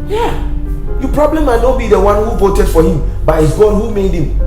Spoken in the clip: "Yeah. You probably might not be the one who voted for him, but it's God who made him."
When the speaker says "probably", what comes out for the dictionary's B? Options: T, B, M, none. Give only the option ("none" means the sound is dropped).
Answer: B